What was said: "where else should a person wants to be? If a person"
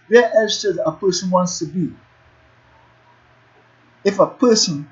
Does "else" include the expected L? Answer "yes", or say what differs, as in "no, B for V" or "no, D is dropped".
no, L is dropped